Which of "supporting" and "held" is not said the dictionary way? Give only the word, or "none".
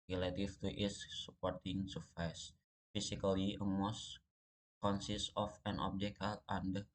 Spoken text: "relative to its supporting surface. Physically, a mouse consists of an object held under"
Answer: held